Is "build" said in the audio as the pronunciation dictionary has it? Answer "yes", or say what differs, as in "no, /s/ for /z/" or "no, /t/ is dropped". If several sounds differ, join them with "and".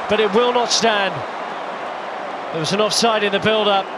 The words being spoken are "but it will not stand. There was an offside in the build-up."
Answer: yes